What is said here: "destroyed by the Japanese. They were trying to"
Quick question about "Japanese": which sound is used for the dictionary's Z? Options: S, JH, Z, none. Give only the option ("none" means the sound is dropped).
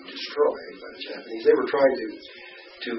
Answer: Z